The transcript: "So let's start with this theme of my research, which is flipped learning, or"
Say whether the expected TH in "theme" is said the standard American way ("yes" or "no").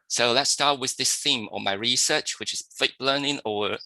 yes